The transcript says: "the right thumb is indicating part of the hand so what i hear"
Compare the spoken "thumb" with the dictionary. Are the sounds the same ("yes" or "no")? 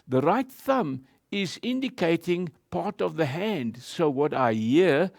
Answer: yes